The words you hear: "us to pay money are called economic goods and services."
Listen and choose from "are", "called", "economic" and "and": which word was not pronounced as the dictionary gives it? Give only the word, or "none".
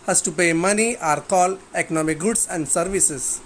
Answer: called